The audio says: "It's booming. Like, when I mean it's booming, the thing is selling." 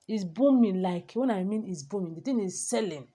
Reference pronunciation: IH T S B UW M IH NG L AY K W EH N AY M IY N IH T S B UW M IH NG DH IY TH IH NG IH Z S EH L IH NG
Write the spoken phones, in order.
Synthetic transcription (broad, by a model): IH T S B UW M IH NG L AY K W EH N AY M IY N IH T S B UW M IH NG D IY T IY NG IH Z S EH L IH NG